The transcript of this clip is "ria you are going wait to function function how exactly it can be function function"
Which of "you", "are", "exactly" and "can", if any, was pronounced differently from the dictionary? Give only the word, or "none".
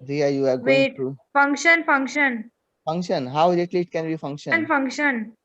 exactly